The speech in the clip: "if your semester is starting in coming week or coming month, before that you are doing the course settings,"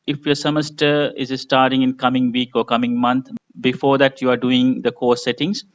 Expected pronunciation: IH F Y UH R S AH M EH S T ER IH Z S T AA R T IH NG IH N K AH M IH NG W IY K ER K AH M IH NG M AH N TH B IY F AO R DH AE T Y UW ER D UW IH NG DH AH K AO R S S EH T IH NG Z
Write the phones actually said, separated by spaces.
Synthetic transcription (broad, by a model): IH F Y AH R S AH M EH S T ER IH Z S T AA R T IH NG IH N K AH M IH NG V IY K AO K AH M IH NG M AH N T B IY F AO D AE T Y UW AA D UW IH NG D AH K AO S S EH T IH NG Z